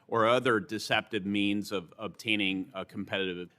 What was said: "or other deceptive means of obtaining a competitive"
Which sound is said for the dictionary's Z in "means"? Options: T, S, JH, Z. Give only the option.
Z